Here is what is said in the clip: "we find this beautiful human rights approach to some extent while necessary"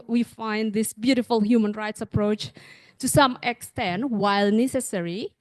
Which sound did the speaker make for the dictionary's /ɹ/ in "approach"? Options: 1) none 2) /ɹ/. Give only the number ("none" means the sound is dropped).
2